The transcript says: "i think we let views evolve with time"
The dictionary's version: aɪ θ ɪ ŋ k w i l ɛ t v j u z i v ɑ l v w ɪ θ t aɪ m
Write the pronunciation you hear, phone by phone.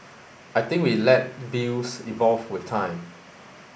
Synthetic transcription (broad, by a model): aɪ t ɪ ŋ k w i l ɛ t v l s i v ɑ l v w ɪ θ t aɪ m